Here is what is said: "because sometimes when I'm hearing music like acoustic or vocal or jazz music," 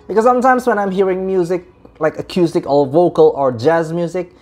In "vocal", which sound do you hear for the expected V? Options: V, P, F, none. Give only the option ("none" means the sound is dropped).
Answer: V